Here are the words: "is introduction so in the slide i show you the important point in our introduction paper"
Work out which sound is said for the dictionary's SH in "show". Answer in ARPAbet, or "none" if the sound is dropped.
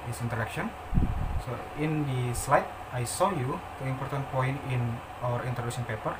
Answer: S